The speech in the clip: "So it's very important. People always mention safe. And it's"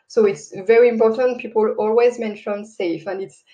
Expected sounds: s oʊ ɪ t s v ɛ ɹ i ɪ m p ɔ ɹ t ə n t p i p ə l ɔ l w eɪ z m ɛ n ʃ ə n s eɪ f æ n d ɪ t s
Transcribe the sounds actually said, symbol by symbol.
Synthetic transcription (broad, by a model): s oʊ ɪ t s v ɛ ɹ i ɪ m p ɔ ɹ t ə n t p i p ə l ɔ l w eɪ z m ɛ n ʃ ə n s eɪ f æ n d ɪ t s